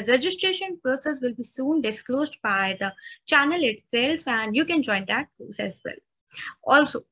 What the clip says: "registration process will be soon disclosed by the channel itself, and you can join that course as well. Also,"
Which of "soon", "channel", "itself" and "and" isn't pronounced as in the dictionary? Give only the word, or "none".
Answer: none